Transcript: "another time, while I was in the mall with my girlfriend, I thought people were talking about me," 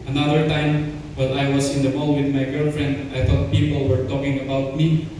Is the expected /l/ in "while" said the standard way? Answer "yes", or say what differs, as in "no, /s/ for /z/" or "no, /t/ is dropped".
no, /n/ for /l/